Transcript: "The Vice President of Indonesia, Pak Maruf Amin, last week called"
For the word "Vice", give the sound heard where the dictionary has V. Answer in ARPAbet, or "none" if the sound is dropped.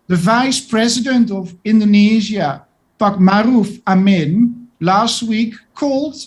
V